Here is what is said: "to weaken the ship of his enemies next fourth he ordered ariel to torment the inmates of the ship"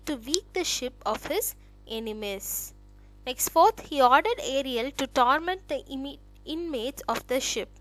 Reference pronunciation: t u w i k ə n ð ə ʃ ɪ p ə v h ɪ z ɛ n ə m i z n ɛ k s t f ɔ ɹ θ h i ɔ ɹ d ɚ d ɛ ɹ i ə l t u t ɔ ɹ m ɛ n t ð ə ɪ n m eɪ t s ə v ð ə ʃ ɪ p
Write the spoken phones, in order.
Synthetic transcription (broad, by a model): t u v i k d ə ʃ ɪ p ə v h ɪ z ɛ n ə m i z n ɛ k s t f ɔ ɹ t h i ɔ d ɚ d ɛ ɹ i ə l t u t ɔ ɹ m ɛ n t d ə ɪ n m eɪ t s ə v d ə ʃ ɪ p